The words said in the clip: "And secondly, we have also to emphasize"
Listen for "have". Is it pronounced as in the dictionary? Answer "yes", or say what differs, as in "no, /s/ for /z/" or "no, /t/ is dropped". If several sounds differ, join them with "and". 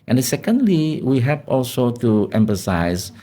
no, /p/ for /v/